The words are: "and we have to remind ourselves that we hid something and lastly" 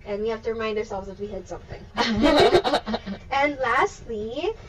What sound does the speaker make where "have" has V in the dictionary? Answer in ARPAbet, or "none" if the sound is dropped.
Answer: F